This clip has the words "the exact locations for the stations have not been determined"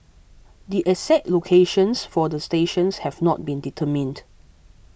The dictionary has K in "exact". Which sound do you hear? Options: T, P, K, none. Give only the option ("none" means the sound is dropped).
none